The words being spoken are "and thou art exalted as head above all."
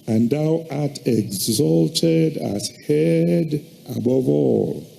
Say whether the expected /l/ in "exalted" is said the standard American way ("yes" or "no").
yes